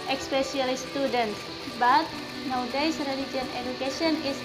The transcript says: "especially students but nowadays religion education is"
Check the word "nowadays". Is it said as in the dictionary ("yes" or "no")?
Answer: no